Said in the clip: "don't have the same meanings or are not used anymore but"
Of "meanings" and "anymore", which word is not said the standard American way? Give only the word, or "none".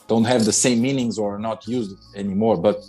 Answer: none